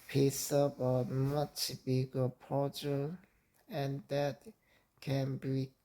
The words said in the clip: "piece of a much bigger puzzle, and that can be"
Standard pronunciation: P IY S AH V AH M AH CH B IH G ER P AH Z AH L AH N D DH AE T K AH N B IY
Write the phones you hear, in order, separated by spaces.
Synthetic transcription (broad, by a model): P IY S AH P AH M AH CH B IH G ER P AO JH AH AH N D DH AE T K AH N B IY